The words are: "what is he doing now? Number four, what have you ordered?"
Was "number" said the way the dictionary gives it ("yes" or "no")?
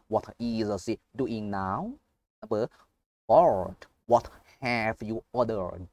no